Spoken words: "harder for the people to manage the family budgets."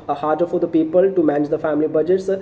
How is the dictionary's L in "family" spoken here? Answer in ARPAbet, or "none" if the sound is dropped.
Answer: L